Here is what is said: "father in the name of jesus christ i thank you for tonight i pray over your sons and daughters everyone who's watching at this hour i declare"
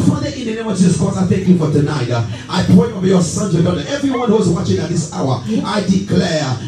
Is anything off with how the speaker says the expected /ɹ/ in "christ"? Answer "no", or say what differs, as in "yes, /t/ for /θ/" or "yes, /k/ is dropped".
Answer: yes, /ɹ/ is dropped